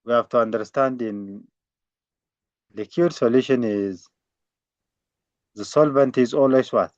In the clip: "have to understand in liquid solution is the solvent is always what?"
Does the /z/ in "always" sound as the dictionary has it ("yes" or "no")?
no